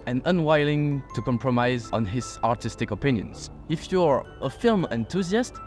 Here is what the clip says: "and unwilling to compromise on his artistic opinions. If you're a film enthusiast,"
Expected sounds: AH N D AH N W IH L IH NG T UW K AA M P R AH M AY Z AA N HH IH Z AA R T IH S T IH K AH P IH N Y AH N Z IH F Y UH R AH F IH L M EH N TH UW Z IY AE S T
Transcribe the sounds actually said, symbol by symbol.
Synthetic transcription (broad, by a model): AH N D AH N W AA L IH NG T UW K AA M P R AH M AY Z AA N HH IH Z AA R T IH S T IH K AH P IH N Y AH N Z IH F Y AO R AH F IH L M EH N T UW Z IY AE S T